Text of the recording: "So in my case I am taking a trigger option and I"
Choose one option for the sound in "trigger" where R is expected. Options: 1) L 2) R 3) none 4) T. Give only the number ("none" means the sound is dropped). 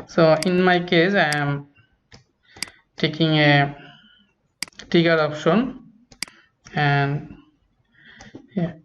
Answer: 3